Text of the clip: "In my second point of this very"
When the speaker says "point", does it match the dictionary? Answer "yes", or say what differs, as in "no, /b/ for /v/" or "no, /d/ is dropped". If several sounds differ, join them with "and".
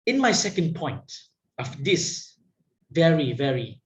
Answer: yes